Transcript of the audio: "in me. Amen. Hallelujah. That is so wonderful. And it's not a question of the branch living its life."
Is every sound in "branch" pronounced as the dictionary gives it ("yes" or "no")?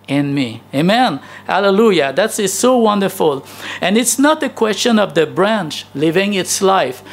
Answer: yes